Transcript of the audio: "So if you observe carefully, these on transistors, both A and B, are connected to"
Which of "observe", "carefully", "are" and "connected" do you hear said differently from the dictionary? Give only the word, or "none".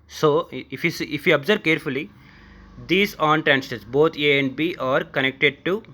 observe